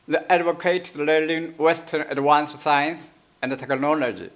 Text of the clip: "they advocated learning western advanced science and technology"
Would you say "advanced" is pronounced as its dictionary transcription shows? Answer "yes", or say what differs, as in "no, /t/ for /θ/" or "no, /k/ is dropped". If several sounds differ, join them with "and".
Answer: no, /w/ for /v/